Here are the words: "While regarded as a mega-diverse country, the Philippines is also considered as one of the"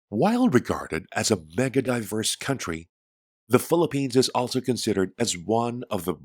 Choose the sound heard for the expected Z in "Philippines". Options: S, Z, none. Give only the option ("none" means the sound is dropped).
Z